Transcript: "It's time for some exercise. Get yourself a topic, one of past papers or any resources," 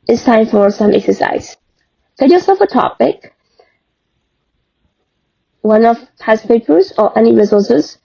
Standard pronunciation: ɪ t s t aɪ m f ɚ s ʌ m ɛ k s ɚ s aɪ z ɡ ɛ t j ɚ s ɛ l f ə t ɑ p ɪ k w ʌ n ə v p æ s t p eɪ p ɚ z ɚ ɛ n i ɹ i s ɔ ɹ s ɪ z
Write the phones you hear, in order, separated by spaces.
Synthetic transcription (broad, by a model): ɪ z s t aɪ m f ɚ s ʌ m ɛ k s ɚ s aɪ z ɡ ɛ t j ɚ s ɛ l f ə t ɑ p ɪ k w ʌ n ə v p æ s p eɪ p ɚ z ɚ ɛ n i ɹ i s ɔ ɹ s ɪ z